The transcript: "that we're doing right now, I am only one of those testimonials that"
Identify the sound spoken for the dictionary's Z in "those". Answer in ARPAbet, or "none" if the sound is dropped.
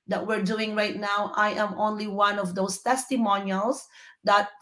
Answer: S